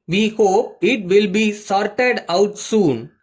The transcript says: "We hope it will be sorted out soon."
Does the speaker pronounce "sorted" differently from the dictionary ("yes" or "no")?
no